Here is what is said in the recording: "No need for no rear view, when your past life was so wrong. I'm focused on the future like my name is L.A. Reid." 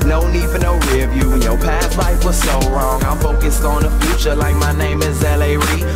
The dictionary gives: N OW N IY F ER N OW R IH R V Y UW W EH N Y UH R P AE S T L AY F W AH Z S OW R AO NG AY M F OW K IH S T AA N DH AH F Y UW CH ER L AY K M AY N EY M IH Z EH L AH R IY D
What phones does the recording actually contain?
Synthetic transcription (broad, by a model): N OW N IY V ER N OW R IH V Y UW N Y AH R P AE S L AY F W AH Z S OW R AO NG AY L F OW K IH S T N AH F Y UW CH ER L AY K M AY N EY M IH Z EH L AH R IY